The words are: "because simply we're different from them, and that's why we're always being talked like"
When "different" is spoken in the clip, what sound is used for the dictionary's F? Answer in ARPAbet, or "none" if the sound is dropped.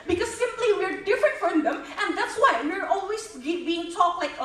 F